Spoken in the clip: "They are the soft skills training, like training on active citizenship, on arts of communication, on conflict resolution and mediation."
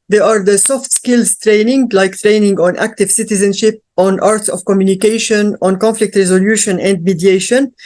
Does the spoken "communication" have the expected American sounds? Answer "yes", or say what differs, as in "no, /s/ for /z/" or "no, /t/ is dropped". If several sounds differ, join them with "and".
yes